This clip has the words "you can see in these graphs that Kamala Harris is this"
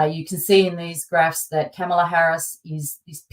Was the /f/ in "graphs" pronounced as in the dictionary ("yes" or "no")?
yes